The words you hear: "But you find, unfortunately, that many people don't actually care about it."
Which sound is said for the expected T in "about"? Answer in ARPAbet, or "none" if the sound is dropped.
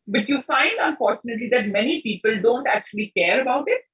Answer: T